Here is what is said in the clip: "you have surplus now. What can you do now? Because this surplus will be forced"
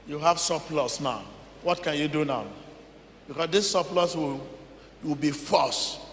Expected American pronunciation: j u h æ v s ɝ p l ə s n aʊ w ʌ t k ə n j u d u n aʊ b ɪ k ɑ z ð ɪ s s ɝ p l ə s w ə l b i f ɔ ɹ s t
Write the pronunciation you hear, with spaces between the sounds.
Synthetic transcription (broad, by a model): j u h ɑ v s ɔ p l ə s n aʊ w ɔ t k ə n j u d u n aʊ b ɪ k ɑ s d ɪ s s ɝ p l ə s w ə w b i f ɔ s